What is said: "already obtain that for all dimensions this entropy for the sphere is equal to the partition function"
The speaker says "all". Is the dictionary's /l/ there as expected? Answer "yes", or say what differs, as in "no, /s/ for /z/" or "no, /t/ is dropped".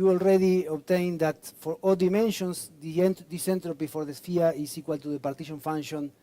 yes